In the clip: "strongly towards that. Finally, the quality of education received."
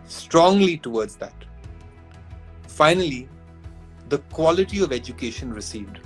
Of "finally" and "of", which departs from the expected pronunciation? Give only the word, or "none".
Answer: none